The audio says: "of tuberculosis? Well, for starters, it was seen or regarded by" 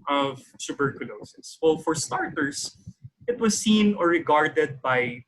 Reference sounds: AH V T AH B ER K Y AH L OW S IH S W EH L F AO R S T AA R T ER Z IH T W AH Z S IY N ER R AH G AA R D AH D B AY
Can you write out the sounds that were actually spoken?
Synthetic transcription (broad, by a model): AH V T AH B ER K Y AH L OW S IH S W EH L F AO R S T AA R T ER S IH T W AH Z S IY N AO R AH G AA R D AH D B AY